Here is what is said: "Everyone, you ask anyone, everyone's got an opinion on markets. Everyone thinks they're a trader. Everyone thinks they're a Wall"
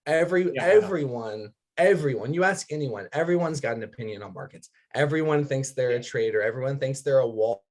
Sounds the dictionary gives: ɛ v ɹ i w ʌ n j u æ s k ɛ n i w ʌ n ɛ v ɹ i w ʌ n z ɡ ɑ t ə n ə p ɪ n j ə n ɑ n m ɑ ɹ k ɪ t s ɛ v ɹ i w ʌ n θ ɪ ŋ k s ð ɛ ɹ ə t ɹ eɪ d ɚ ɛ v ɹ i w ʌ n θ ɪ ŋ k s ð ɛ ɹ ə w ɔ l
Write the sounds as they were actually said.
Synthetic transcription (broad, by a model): ɛ v ɹ i w ʌ n j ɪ æ s k ɛ n i w ʌ n ɛ v ɹ i w ʌ n z ɡ ɑ t n ə p ɪ n j ə n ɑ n m ɑ ɹ k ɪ t s ɛ v ɹ i w ʌ n θ ɪ ŋ k s ð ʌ ɹ ə t ɹ eɪ d ɚ ɛ v ɹ i w ʌ n θ ɪ ŋ k s ð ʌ ɹ ə w ɔ